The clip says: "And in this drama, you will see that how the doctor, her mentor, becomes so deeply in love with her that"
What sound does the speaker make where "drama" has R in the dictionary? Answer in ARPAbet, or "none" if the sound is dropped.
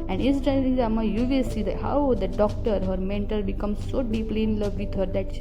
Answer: none